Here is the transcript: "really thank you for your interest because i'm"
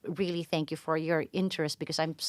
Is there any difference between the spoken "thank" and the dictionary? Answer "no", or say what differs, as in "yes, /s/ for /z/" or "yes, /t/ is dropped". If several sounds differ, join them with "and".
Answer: no